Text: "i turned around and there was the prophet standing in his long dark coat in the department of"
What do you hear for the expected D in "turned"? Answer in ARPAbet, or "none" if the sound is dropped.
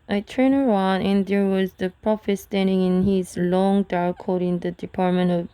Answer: none